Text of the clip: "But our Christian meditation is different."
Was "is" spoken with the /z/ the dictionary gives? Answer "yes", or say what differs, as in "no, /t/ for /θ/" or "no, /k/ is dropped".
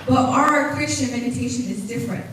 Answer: yes